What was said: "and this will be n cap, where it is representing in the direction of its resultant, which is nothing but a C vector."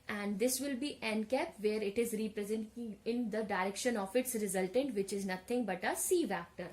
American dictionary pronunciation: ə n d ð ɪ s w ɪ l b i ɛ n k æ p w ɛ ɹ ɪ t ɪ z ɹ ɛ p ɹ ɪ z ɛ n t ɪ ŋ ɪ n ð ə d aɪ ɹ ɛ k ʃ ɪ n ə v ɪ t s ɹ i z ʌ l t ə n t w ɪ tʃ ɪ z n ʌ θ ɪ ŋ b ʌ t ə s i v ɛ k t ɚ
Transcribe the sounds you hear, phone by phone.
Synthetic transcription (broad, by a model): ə n d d ɪ s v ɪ l b i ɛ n k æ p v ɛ ɹ ɪ t ɪ z ɹ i p ɹ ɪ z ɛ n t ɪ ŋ ɪ n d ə d aɪ ɹ ɛ k ʃ ɪ n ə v ɪ t s ɹ i z ʌ l t ə n t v ɪ tʃ ɪ z n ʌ t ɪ ŋ b ʌ t ə s i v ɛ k t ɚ